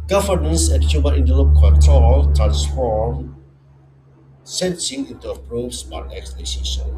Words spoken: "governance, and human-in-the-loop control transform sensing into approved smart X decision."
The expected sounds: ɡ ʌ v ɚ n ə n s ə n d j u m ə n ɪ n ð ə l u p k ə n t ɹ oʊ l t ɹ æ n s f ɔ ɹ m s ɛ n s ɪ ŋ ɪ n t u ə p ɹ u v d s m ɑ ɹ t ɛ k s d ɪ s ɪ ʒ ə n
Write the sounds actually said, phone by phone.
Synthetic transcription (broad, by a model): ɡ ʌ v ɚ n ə n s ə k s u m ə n ɪ n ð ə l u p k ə t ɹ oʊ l t ɹ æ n s f ɔ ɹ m s ɛ n s ɪ ŋ ɪ n t u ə p ɹ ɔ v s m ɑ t ɛ k s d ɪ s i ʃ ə n